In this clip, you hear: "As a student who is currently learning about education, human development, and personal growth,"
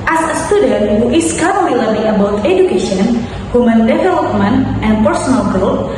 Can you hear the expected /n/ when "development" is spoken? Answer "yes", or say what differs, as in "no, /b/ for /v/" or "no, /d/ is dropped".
yes